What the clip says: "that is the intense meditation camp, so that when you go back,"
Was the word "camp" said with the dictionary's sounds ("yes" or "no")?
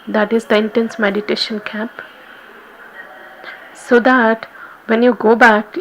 no